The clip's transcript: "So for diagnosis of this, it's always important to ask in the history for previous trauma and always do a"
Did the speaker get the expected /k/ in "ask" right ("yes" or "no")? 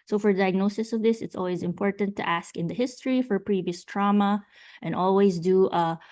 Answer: yes